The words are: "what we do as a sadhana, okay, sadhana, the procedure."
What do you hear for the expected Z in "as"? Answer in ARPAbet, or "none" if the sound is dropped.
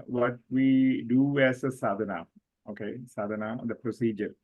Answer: S